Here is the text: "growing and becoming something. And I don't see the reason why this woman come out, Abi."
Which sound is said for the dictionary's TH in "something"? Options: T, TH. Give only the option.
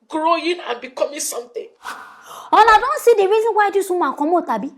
T